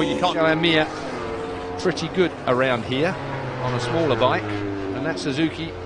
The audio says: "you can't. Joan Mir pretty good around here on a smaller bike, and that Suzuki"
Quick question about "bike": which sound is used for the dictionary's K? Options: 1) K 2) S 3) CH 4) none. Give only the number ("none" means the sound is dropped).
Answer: 1